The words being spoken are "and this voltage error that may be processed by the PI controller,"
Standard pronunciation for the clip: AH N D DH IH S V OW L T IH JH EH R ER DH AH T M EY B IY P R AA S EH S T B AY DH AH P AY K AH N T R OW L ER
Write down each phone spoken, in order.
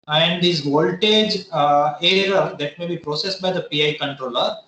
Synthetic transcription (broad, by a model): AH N D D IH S V OW L T IH JH EH R ER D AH T M EY B IY P R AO S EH S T B AY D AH P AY K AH N T R OW L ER